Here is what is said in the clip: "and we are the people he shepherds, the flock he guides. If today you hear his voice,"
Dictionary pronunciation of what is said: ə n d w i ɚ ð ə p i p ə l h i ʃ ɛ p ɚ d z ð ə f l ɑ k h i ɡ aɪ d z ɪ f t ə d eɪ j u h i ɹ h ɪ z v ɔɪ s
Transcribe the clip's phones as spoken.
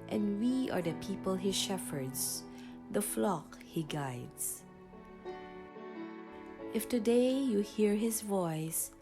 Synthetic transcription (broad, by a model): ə n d w i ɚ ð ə p i p ə l h i ʃ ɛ f ɚ d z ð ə f l ɑ k h i ɡ aɪ d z ɪ f t ə d eɪ j u h i ɹ h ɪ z v ɔɪ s